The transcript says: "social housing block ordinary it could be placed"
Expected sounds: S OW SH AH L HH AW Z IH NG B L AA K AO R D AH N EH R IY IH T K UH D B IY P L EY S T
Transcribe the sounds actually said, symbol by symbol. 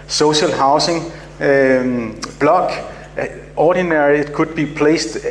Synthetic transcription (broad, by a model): S OW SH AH L HH AW S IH NG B L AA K AO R D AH N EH R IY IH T K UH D B IY P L EY S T